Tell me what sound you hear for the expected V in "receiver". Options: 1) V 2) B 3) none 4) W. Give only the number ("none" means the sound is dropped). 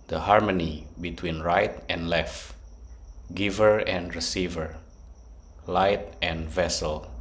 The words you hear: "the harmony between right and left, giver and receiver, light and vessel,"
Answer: 1